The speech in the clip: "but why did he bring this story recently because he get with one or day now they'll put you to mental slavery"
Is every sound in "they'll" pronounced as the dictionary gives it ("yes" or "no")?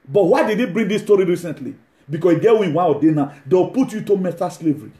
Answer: no